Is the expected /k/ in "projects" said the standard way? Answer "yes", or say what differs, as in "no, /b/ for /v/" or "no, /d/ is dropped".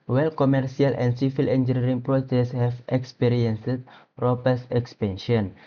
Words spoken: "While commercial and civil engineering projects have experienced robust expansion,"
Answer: no, /k/ is dropped